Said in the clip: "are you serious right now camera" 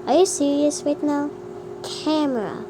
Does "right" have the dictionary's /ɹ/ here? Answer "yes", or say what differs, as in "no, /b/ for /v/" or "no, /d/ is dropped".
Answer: no, /w/ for /ɹ/